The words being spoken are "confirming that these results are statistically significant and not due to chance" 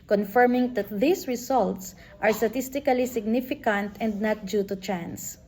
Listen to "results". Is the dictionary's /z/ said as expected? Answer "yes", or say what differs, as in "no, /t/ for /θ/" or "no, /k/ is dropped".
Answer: no, /s/ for /z/